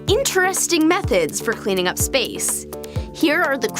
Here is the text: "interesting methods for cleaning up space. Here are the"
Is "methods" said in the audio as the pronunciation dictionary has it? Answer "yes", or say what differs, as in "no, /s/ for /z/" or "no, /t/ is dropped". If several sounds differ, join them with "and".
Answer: yes